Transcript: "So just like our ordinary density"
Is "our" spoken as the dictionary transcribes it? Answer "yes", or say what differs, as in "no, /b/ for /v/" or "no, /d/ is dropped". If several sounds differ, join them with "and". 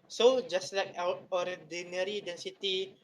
yes